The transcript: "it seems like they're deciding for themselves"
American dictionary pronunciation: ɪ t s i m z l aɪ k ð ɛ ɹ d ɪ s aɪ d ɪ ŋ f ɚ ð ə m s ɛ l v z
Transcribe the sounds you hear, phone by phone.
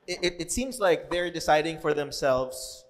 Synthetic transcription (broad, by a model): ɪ t s i m z l aɪ k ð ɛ ɹ d ɪ s aɪ d ɪ ŋ f ɚ ð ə m s ɛ l v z